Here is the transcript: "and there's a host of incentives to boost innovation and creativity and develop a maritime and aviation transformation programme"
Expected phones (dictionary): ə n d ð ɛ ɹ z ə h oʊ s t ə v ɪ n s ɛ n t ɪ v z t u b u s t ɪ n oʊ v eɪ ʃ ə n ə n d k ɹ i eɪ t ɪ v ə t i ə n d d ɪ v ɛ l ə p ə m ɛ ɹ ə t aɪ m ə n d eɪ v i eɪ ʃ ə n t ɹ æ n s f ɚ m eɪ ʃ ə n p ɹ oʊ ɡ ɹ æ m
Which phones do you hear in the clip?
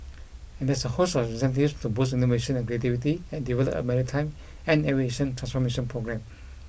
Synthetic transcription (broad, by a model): ə n d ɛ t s ə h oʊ s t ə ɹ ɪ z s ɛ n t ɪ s t u b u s i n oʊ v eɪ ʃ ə n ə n k ɹ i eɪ t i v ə t i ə n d d ɪ v ɛ l ə p ə m ɛ ɹ ə t aɪ m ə n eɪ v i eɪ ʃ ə n t ɹ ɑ n s f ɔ m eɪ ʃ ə n p ɹ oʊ ɡ ɹ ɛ m